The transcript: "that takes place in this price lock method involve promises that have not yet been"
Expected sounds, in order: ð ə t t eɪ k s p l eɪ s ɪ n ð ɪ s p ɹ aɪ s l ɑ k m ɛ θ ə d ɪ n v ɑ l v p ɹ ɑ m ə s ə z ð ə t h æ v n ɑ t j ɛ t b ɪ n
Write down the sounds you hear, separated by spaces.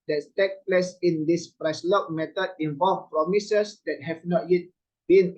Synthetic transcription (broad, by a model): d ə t t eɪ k p l eɪ s ɪ n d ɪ s p ɹ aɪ s l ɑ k m ɛ t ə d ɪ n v ɑ l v p ɹ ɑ m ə s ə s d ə t h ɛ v n ɑ t j ɛ t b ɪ n